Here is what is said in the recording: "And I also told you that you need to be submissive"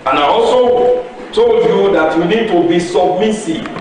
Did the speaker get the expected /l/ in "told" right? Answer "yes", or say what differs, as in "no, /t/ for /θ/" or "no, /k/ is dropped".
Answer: yes